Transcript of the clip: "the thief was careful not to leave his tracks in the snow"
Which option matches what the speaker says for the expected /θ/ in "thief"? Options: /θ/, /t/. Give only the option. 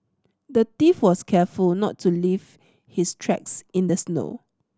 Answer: /t/